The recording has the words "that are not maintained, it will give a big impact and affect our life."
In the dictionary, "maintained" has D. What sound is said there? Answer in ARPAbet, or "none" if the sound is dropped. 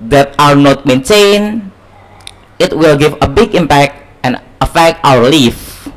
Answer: none